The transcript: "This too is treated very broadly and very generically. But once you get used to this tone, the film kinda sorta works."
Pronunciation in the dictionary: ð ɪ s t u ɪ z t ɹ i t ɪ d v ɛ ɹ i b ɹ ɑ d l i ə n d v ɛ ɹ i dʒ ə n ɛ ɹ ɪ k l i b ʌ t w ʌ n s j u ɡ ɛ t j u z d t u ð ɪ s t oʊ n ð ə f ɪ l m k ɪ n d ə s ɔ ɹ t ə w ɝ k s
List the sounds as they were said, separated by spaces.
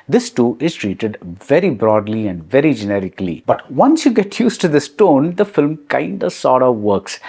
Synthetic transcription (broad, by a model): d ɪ s t u ɪ z t ɹ i t ɪ d v ɛ ɹ i b ɹ ɑ d l i ə n d v ɛ ɹ i dʒ ə n ɛ ɹ ɪ k l i b ʌ t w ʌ n s j u ɡ ɛ t j u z t u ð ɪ s t oʊ n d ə f ɪ l m k ɪ n d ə s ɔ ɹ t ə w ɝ k s